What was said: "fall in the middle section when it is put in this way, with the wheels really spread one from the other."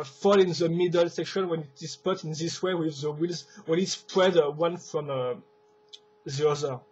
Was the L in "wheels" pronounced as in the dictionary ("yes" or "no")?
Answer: yes